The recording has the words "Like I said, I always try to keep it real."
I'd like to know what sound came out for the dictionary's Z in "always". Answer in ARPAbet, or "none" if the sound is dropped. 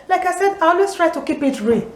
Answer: S